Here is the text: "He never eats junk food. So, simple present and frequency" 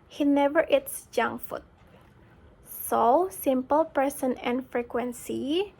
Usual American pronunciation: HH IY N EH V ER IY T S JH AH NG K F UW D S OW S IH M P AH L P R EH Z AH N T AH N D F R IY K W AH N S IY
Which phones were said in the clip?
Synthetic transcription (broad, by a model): HH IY N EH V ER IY T S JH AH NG F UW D S OW S IH M P AH L P R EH S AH N AH N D F R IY K W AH N S IY